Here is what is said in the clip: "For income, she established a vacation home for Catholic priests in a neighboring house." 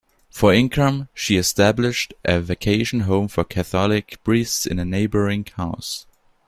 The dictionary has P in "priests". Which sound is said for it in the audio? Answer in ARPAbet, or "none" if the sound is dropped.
B